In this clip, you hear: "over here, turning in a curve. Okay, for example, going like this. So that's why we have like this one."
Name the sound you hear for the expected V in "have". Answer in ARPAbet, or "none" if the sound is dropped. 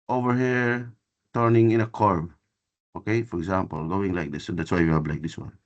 B